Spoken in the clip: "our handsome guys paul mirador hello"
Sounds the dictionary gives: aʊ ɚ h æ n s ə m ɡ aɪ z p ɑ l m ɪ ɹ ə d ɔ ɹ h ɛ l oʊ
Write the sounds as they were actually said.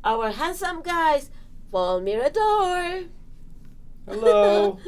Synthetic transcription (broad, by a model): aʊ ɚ h æ n s ə m ɡ aɪ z f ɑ l m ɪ ɹ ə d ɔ ɹ h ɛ l oʊ